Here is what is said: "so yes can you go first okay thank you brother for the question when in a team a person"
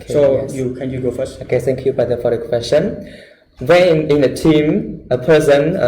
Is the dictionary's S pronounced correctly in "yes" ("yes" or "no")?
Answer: no